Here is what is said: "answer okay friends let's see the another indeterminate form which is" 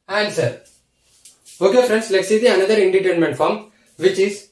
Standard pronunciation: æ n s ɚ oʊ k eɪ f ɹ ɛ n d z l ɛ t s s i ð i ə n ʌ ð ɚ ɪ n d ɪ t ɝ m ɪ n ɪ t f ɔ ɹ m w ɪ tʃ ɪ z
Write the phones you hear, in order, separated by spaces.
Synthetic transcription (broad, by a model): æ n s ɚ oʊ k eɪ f ɹ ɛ n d s l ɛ t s s i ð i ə n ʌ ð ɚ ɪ n d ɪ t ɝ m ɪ n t f ɔ ɹ m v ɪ tʃ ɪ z